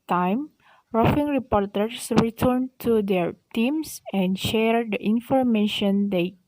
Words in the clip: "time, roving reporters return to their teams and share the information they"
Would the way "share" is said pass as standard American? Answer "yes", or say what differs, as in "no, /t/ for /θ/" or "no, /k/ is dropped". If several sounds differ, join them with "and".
yes